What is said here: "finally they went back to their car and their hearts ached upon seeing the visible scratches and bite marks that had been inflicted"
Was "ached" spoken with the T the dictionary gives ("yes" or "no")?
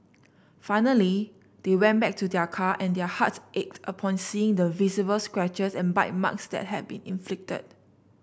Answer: yes